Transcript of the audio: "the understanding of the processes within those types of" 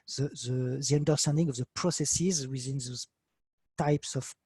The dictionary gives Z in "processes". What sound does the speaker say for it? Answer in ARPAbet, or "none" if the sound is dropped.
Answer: Z